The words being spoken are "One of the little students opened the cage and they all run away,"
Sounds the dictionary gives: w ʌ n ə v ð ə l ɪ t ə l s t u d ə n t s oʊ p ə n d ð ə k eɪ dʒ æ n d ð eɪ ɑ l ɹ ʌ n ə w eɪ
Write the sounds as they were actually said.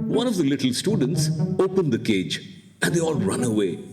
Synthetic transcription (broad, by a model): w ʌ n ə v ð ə l ɪ t l s t u d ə n t s oʊ p ə n d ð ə k eɪ dʒ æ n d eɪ ɑ l ɹ ʌ n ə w eɪ